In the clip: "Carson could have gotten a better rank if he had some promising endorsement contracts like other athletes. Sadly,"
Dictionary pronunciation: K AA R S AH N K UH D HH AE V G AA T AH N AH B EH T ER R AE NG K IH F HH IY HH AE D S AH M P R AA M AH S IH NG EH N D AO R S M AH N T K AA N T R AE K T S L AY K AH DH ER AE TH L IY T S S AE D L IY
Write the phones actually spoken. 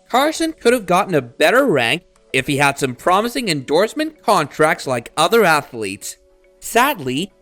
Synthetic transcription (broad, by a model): K AA R S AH N K UH D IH V G AA T N AH B EH T ER R AE NG K IH F HH IY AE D S AH M P R AA M AH S IH NG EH N D AO R S M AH N K AA N T R AE K T S L AY K AH DH ER AE TH L IY T S S AE D L IY